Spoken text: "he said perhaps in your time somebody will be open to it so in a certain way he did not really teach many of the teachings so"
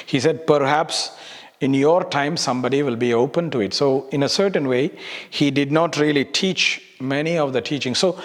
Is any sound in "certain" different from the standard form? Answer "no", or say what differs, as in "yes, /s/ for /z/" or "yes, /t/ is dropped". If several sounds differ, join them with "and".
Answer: no